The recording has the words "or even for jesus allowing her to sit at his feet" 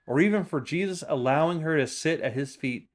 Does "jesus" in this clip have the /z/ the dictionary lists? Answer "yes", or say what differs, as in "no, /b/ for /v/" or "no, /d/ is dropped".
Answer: yes